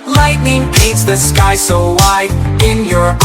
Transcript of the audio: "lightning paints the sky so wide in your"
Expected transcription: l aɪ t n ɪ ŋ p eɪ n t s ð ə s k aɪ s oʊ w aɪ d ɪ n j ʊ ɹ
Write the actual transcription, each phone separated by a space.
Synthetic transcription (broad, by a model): l aɪ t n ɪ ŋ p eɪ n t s ð ə s k aɪ s oʊ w aɪ ɪ n j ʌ ɹ